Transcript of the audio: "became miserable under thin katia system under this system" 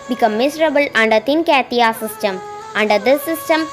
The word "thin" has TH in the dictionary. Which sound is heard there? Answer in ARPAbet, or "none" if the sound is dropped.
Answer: T